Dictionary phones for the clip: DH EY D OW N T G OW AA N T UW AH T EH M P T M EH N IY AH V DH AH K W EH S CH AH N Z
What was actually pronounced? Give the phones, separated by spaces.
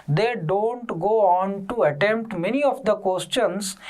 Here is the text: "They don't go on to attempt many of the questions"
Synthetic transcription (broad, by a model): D EY D OW N T G OW AA N T UW AH T EH M P T M EH N IY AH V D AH K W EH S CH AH N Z